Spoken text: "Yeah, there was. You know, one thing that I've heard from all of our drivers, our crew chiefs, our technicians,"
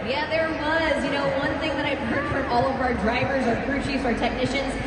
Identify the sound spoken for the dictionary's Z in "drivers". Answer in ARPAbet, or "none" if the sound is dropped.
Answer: Z